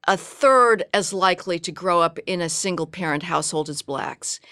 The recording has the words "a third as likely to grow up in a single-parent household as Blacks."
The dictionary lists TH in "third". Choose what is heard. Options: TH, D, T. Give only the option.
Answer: TH